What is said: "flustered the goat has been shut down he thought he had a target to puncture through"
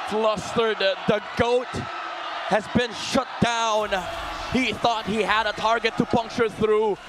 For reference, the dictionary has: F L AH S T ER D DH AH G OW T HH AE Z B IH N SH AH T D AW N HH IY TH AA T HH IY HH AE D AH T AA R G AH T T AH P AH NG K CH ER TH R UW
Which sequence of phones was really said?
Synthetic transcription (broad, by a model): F L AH S T ER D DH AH G OW T HH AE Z B IH N SH AH T D AW N HH IY TH AA T HH IY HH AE D AH T AA R G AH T T AH P AH NG K CH ER TH R UW